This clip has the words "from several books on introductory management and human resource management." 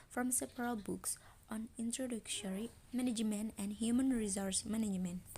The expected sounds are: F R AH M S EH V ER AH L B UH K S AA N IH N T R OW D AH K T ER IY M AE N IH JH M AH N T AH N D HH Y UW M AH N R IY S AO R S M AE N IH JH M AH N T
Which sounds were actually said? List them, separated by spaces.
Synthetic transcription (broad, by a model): F R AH M S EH P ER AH L B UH K S AA N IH N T R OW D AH K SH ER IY M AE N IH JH M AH N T AH N D HH Y UW M AH N R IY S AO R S M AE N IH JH M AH N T